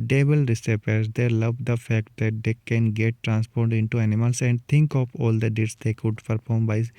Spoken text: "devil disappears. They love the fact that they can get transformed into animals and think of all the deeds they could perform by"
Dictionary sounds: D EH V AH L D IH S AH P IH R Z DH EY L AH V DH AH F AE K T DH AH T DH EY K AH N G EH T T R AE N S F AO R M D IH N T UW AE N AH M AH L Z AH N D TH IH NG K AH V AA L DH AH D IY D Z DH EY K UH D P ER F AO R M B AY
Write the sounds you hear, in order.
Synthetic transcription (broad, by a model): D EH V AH L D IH S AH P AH R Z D EY L AH V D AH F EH K T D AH T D EY K AH N G EH T T R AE N S P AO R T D IH N T UW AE N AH M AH L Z AH N D T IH NG K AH P AA L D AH D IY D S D EY K UH D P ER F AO R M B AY